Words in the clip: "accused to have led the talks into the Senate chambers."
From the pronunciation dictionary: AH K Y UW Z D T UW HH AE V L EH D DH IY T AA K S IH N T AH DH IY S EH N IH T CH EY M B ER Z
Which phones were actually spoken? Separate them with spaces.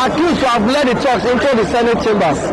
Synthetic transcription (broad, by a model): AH K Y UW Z T UW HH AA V L EH D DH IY T AA K S IH N T AH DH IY S EH N IH T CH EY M B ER